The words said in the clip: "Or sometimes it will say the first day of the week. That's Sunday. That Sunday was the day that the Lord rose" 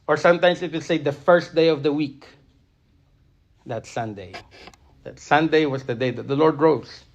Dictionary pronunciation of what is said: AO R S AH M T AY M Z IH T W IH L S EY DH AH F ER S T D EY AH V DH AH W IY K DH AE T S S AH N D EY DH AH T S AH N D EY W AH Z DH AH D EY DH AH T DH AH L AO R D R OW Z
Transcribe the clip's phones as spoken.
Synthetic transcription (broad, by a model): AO R S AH M T AY M S IH T W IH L S EY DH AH F ER S T D EY AH V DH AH W IY K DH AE T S S AH N D EY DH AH T S AH N D EY W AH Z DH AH D EY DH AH T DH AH L AO R D R OW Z